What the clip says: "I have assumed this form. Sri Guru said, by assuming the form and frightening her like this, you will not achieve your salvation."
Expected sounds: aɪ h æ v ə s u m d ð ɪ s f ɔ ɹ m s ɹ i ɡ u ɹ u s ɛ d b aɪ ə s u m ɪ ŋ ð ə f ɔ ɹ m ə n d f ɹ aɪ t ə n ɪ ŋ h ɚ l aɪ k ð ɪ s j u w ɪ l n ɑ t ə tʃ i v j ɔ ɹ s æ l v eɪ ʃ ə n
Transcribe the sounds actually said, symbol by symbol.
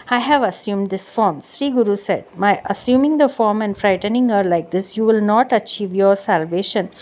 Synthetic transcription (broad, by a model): aɪ h æ v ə s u m d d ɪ s f ɔ ɹ m s ɹ i ɡ u ɹ u s ɛ d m aɪ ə s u m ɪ ŋ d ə f ɔ ɹ m ə n d f ɹ aɪ t ə n ɪ ŋ h ɚ l aɪ k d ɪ s j u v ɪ l n ɑ t ə tʃ i v j ɔ ɹ s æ l v eɪ ʃ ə n